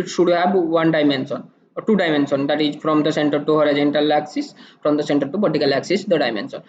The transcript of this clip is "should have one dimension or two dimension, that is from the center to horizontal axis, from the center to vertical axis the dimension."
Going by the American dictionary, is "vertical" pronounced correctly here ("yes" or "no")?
no